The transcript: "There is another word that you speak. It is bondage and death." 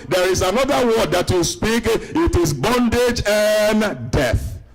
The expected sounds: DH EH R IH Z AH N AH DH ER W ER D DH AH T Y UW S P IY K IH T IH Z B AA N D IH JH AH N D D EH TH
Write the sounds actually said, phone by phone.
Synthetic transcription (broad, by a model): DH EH R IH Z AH N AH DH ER W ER D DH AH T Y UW S P IY K IH T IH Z B AA N D IH JH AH N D D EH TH